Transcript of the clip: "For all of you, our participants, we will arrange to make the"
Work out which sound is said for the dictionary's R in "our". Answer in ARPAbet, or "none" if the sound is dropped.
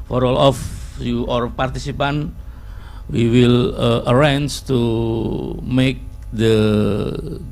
R